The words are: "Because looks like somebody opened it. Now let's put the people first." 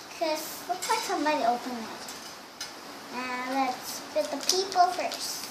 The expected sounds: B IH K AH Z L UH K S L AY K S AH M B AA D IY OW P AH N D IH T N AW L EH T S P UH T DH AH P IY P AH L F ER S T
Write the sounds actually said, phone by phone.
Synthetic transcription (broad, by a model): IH K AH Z W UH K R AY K S AH M B AA D IY OW P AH N IH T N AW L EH T S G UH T DH AH P IY P L F ER S T